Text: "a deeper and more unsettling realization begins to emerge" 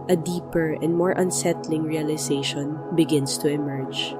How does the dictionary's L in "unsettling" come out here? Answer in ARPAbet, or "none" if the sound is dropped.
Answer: L